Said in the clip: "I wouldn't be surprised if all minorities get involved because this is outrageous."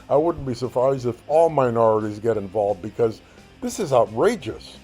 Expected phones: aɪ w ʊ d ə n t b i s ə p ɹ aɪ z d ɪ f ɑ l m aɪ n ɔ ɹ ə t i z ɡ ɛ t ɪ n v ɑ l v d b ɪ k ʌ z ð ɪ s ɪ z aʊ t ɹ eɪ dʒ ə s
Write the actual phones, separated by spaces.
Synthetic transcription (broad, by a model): aɪ w ʊ d n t b i s ə p ɹ aɪ z d ɪ f ɑ l m aɪ n ɔ ɹ ə t i z ɡ ɛ t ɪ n v ɑ l v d b ɪ k ʌ z ð ɪ s ɪ z aʊ t ɹ eɪ dʒ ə s